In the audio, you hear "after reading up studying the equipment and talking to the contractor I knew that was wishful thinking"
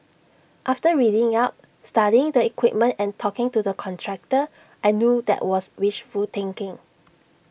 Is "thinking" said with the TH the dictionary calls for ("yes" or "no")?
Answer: no